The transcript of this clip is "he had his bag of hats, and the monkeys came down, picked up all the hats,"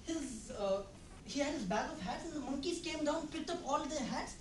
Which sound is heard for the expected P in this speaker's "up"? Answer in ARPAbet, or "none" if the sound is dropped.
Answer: P